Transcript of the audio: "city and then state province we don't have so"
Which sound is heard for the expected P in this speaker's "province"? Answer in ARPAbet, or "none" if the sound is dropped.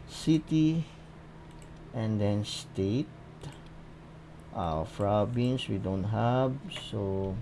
F